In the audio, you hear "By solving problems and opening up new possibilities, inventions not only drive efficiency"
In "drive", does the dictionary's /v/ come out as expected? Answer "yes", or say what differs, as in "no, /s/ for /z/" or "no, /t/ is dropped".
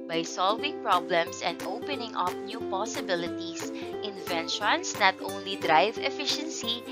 yes